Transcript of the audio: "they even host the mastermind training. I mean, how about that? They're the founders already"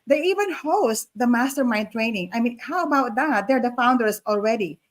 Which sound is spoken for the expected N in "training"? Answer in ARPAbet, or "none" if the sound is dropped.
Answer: N